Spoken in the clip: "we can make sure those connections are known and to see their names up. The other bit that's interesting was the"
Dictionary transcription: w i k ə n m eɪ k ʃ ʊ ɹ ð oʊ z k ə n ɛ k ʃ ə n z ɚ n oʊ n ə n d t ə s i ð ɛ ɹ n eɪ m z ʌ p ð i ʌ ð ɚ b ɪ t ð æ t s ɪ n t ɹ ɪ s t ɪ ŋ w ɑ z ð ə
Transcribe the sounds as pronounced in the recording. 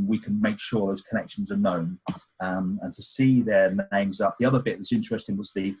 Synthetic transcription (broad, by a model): w i k ə n m eɪ k ʃ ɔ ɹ ð oʊ z k ə n ɛ k ʃ ə n z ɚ n oʊ n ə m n t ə s i ð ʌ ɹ n eɪ m z ʌ p ð i ʌ ð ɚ b ɪ t ð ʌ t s ɪ n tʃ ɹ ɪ s t ɪ ŋ w ɑ z ð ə